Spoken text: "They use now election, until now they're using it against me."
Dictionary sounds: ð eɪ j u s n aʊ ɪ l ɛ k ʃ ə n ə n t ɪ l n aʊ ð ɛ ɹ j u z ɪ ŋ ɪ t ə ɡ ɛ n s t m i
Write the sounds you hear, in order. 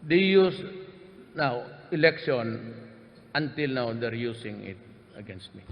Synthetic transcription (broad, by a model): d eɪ j u s n aʊ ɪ l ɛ k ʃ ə n ə n t ɪ l n aʊ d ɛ ɹ j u s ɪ ŋ ɪ t ə ɡ ɛ n s t m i